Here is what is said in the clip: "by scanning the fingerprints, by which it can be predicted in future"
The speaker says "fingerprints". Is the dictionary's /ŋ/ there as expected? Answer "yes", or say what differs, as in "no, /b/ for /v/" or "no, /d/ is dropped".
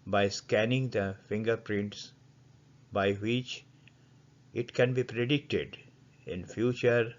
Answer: yes